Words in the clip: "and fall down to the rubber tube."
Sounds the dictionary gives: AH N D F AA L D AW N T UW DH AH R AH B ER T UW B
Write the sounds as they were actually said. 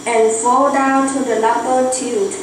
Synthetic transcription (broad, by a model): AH N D F AA L D AW N T UW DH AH L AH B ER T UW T